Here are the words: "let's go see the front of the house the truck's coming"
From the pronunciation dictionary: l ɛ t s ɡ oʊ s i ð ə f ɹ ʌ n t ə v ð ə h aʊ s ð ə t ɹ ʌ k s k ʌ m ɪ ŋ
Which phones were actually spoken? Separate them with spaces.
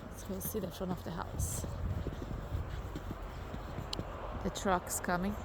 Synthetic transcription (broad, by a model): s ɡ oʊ s i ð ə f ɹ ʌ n ə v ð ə h aʊ s ð ə t ɹ ʌ k s k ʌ m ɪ ŋ